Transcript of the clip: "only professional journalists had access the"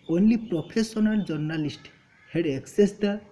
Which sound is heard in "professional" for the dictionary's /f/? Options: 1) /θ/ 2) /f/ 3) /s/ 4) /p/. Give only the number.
4